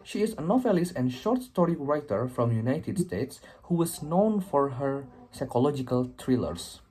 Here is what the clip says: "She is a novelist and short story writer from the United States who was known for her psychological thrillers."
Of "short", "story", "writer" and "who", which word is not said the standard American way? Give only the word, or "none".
none